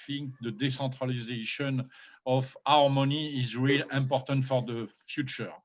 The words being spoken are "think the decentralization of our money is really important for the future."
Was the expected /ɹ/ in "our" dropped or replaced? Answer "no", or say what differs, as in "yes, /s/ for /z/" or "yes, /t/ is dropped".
no